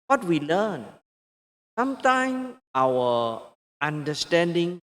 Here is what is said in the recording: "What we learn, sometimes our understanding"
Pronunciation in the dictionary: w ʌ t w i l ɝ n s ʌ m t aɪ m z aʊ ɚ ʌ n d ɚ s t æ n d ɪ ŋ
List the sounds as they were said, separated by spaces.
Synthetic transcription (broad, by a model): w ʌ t w i l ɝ n s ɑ m t aɪ m aʊ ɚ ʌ n d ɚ s t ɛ n d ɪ ŋ